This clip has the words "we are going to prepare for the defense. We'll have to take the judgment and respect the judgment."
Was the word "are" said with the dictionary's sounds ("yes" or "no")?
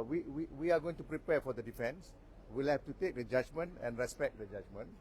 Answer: no